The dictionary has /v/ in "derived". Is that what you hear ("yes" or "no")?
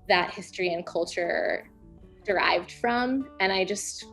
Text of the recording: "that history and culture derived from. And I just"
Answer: yes